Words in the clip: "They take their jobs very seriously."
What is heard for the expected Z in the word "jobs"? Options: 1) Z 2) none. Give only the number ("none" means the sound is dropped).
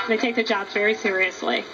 2